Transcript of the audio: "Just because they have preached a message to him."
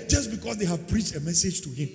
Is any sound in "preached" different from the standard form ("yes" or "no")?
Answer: no